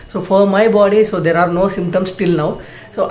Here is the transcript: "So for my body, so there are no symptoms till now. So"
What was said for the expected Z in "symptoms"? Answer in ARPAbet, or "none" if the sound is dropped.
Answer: S